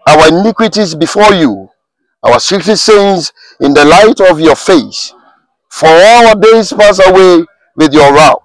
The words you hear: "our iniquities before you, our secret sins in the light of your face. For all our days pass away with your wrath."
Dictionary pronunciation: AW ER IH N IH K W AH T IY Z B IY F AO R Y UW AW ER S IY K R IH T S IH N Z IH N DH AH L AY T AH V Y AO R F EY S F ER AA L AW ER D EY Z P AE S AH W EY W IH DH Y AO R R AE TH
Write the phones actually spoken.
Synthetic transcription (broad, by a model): AW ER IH N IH K W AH T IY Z B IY F AO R Y UW AW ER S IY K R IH S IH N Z IH N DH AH L AY T AH V Y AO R F EY S F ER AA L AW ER D EY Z P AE S AH W EY W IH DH Y AO R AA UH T